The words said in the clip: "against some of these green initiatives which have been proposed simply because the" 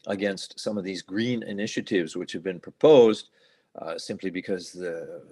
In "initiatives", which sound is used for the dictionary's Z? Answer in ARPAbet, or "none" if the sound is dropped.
Z